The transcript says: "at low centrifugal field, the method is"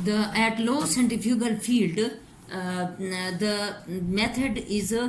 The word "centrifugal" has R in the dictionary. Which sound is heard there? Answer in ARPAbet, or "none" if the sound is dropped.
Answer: none